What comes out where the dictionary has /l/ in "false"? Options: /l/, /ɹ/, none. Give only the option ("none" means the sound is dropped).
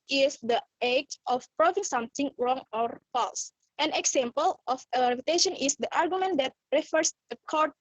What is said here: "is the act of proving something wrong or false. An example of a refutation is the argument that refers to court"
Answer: /l/